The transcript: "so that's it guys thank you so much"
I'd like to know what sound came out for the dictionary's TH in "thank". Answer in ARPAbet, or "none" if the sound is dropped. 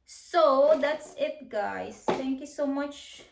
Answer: T